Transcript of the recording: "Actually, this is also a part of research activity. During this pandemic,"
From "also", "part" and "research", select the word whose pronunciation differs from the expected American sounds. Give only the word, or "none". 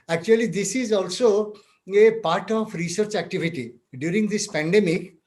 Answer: none